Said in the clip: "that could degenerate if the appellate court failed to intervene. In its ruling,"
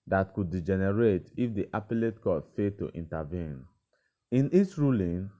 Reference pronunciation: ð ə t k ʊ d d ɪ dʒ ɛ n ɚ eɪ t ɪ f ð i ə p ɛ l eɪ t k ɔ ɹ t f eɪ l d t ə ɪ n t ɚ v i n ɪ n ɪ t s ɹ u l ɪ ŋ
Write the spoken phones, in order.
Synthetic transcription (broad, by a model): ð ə t k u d d ɪ dʒ ɛ n ɚ eɪ t ɪ f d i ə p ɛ l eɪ t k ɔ f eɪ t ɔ t ə n t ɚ v i n ɪ n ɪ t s ɹ u l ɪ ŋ